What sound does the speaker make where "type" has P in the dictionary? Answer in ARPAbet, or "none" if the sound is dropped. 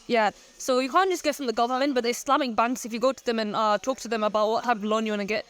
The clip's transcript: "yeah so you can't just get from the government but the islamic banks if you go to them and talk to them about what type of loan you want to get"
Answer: none